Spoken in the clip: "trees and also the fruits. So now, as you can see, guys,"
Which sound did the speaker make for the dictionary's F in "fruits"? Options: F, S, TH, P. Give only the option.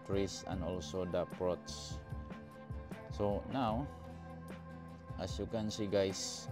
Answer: P